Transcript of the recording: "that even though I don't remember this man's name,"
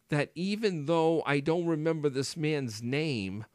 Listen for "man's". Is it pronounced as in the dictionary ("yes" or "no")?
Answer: yes